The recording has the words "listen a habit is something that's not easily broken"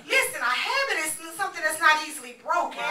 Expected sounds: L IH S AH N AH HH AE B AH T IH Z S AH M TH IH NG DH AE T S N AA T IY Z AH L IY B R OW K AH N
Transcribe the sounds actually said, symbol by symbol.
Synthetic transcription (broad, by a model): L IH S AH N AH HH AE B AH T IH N S AH M TH IH NG DH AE T S N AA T IY Z L IY B R OW K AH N